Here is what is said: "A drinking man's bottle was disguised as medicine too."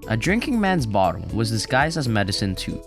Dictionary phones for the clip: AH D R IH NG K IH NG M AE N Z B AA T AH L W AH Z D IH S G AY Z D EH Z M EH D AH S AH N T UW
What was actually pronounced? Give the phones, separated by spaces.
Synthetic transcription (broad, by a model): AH D R IH NG K IH NG M AE N Z B AA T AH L W AH Z D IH S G AY Z D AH Z M EH D AH S AH N T UW